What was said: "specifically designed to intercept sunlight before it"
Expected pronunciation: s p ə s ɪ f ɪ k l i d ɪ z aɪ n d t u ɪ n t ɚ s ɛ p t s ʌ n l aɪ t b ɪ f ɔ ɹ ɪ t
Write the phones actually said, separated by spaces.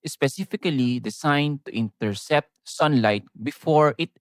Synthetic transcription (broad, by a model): s p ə s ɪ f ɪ k l i d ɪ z aɪ n d t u ɪ n t ɚ s ɛ p t s ʌ n l aɪ t b ɪ f ɔ ɹ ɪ t